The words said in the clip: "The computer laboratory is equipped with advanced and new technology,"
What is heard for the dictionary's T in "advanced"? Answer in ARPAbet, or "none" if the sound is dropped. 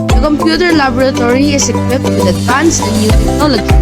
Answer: none